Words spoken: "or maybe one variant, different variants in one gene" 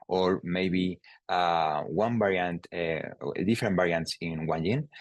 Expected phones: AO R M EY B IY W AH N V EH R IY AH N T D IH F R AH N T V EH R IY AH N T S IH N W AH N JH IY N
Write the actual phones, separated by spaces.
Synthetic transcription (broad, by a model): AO R M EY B IY W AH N B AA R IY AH N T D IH F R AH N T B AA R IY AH N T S IH N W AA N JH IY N